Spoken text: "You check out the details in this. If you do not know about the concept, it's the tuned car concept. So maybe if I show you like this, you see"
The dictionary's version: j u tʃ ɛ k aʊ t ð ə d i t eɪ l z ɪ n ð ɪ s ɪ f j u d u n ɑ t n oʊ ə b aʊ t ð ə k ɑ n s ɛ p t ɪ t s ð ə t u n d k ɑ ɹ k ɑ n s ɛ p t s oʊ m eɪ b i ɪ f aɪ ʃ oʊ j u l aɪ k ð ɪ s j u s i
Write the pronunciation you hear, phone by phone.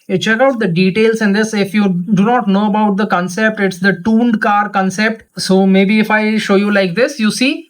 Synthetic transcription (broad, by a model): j tʃ ɛ k aʊ t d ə d i t eɪ l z ɪ n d ɪ s ɪ f j u d u n ɑ t n oʊ ə b aʊ t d ə k ɑ n s ɛ p t ɪ t s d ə t u n d k ɑ ɹ k ɑ n s ɛ p t s oʊ m eɪ b i ɪ f aɪ ʃ oʊ j u l aɪ k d ɪ s j u s i